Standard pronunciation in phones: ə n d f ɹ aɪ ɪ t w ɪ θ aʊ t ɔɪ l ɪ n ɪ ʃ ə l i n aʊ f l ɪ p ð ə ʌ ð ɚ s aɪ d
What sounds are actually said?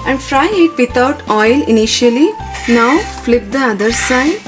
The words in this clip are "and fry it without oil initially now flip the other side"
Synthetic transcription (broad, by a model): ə n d f ɹ aɪ ɪ t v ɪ t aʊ t ɔɪ l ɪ n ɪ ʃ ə l i n aʊ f l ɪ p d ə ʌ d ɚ s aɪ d